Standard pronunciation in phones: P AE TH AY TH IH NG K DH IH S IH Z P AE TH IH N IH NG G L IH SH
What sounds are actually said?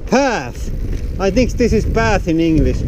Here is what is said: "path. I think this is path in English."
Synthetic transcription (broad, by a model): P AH TH AY TH IH NG K DH IH S IH Z B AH TH IH N IH NG G L IH SH